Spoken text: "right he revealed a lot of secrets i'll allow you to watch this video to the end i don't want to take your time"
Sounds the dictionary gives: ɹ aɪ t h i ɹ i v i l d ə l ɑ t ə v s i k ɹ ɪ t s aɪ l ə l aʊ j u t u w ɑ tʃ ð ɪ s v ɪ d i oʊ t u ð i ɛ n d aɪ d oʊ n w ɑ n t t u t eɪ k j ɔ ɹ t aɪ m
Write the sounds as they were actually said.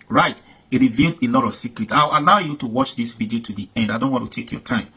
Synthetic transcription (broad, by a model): ɹ aɪ t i ɹ i v i l d ə l ɑ t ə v s i k ɹ ɪ t s aɪ w ə l aʊ j u t u w ɑ tʃ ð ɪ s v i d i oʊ t u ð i ɛ n d aɪ d oʊ n w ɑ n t t u t eɪ k j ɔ t aɪ m